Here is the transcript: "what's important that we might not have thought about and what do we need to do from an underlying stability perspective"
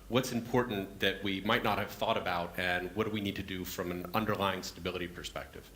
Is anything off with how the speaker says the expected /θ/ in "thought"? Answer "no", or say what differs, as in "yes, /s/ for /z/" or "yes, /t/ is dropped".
no